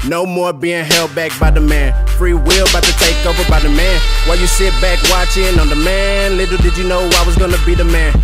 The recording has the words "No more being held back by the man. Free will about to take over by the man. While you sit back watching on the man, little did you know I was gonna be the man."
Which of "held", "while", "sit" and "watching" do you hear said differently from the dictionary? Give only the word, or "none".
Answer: none